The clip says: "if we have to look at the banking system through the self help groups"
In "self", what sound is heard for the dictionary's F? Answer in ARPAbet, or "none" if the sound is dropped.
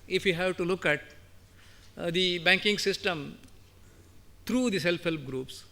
P